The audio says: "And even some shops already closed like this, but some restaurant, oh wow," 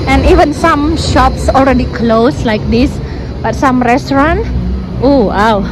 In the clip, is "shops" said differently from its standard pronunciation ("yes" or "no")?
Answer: no